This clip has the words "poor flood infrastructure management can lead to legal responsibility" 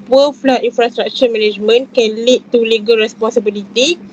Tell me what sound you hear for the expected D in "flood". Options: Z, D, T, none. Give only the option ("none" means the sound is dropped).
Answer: none